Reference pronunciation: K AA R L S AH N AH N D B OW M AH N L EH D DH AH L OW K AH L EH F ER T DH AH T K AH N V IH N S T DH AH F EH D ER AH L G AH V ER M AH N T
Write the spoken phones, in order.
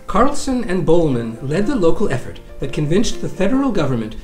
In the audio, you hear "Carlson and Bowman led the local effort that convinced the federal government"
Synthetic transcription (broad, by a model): K AA R L S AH N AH N B OW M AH N L EH D DH AH L OW K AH L EH F ER T DH AH T K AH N V IH N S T DH AH F EH D ER L G AH V ER M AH N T